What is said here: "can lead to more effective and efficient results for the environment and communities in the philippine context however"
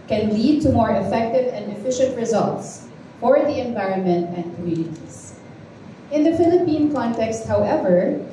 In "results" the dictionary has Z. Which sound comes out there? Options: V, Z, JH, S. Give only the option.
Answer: Z